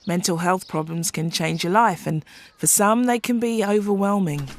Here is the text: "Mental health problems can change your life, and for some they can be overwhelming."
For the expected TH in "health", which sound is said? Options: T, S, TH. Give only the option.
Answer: TH